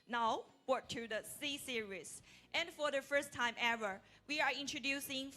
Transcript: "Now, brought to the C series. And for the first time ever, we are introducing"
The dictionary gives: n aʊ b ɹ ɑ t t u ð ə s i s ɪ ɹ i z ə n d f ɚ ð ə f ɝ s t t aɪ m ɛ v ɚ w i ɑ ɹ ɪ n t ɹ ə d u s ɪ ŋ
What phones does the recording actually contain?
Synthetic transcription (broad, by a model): n aʊ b ɑ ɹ t u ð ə s i s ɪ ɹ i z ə n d f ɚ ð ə f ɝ s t t aɪ m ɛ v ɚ w i ɑ ɹ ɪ n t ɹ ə d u s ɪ ŋ